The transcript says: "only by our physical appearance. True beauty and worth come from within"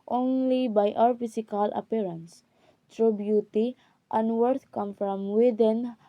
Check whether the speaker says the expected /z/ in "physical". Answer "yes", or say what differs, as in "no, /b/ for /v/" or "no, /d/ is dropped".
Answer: no, /s/ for /z/